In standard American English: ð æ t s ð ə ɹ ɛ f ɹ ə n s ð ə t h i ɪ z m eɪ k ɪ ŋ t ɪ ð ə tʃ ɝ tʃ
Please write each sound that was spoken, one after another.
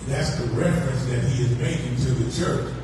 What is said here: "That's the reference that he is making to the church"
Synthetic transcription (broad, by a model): ð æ t s ð ə ɹ ɛ f ɹ ə n s ð ə t h i ɪ z m eɪ k ɪ ŋ t ɪ ð ə tʃ ɝ tʃ